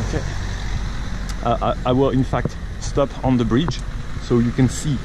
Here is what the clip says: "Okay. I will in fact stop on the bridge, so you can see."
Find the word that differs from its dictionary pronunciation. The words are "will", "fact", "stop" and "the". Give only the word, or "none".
none